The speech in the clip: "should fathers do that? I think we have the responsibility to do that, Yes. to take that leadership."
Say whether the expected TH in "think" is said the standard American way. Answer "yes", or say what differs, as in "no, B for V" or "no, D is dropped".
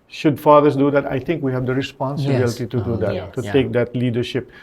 no, T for TH